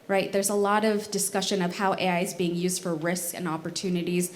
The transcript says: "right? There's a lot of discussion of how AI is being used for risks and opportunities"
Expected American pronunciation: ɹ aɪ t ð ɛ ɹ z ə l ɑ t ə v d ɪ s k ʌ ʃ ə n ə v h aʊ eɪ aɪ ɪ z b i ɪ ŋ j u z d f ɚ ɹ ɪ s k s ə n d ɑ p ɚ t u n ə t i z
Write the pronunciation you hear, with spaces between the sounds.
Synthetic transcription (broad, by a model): ɹ aɪ t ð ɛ ɹ z ə l ɑ t ə v d ɪ s k ʌ ʃ ə n ə v h aʊ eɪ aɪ ɪ z b i ɪ ŋ j u z d f ɚ ɹ ɪ s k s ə n ɑ p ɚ t u n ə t i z